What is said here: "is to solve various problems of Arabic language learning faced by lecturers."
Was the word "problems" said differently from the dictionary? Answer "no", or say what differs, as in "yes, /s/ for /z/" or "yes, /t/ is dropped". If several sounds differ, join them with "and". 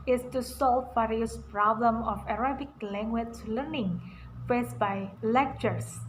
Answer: yes, /z/ is dropped